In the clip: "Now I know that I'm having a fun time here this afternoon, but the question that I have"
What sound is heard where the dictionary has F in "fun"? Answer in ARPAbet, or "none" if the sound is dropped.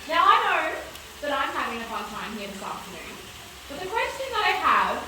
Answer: P